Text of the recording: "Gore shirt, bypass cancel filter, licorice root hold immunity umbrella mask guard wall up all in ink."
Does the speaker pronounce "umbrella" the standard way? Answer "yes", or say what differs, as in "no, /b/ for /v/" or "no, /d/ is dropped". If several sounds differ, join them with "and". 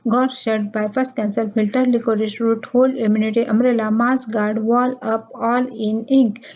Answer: no, /b/ is dropped